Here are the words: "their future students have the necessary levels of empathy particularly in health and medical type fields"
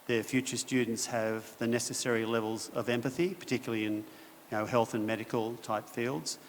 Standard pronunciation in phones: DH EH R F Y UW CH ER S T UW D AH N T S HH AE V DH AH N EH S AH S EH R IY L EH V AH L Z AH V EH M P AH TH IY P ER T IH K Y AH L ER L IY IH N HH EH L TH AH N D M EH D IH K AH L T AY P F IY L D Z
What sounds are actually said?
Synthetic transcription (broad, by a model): DH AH R F Y UW CH ER S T UW D N T S HH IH V DH AH N EH S AH S EH R IY L EH V AH L Z AH V EH M P AH TH IY P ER T IH K Y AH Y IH N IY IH HH EH L TH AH N M EH D IH K AH L T AY P F IY L D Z